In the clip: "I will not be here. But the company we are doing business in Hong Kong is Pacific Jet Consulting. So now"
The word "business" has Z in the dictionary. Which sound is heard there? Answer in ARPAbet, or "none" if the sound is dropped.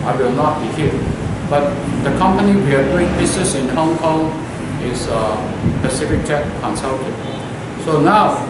S